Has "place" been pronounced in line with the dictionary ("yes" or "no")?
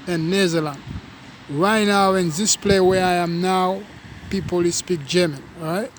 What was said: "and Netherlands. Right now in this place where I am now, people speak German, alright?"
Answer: no